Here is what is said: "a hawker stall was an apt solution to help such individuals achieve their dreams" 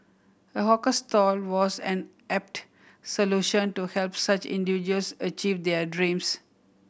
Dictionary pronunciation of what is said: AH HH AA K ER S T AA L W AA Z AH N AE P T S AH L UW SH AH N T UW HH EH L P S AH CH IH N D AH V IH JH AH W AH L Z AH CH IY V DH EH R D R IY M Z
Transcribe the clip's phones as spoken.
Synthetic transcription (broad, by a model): AH HH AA K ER S T AA L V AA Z AH N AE P T S AH L UW SH AH N T UW HH EH L P S AH CH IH N D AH V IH JH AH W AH L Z AH CH IY V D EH R D R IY M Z